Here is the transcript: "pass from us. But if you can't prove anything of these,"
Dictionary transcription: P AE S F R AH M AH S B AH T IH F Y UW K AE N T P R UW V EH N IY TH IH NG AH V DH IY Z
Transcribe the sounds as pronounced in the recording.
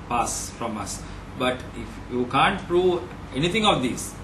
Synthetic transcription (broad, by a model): P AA S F R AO M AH S B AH T IH F Y UW K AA N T P R UW V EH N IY T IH NG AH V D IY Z